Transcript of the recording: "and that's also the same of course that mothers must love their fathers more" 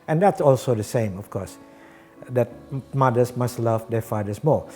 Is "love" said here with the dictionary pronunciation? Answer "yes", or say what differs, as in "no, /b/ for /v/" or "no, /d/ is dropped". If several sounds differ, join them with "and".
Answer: yes